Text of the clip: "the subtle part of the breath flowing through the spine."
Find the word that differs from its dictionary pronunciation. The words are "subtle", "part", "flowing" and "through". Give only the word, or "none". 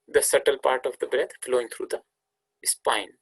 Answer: through